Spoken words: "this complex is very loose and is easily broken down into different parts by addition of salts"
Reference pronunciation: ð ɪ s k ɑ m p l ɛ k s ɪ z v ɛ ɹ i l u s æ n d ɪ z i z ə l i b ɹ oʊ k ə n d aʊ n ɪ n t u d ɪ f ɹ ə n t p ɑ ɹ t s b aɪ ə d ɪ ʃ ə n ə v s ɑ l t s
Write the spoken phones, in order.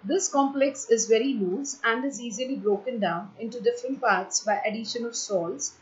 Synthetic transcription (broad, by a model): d ɪ s k ɑ m p l ɛ k s ɪ z v ɛ ɹ i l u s æ n d ɪ z i z ə l i b ɹ oʊ k ə n d aʊ n ɪ n t u d ɪ f ɹ ə n t p ɑ ɹ t s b aɪ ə d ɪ ʃ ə n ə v s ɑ l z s